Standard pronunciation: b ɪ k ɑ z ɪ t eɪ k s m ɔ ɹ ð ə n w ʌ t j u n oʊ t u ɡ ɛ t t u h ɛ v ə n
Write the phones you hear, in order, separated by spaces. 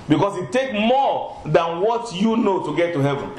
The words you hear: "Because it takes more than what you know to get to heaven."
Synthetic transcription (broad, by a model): b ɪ k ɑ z ɪ t eɪ k m ɔ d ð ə n w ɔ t j u n oʊ t u ɡ ɛ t t u h ɛ v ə n